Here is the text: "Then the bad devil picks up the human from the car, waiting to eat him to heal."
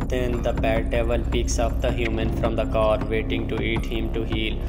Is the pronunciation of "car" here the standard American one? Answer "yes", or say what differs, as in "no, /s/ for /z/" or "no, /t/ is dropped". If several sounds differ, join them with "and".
yes